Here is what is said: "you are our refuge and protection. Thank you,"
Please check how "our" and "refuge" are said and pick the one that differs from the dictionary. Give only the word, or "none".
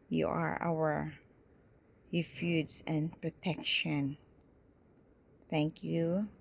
refuge